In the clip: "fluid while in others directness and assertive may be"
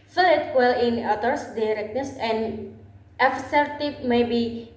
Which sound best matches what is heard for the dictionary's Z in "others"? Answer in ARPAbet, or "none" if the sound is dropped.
S